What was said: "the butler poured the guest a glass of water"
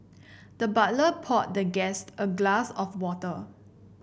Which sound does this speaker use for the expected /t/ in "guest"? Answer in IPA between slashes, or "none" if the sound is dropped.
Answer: /t/